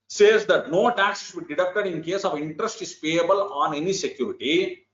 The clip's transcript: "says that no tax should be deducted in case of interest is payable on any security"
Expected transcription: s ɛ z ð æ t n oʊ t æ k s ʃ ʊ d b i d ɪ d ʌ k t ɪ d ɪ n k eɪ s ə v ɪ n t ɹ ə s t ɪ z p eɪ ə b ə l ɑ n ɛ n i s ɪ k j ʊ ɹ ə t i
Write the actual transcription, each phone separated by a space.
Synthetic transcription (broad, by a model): s ɛ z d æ t n oʊ t æ k s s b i d ɪ d ʌ k t ɪ d ɪ n k eɪ s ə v ɪ n t ɹ ə s t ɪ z p eɪ ə b ə l ɑ n ɛ n i s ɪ k j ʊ ɹ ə t i